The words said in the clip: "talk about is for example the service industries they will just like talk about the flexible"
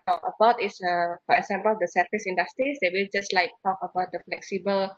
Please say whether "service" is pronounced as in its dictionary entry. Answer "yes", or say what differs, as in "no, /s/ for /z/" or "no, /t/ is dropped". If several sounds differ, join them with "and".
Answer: no, /f/ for /v/